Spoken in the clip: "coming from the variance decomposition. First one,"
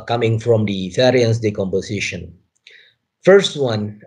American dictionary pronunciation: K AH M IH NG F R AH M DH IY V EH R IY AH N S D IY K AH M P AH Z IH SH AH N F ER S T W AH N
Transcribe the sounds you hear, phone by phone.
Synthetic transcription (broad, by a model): K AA M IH NG F R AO M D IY F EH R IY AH N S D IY K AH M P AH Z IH SH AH N F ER S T W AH N